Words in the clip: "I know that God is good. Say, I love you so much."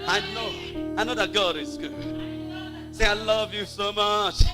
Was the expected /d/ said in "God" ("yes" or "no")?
yes